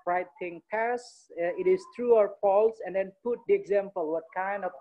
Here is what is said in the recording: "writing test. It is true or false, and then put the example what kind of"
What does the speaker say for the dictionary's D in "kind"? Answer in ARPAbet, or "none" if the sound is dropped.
D